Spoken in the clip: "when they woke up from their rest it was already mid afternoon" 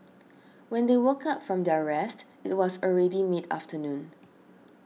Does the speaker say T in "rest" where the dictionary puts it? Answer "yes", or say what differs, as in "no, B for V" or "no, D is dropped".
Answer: yes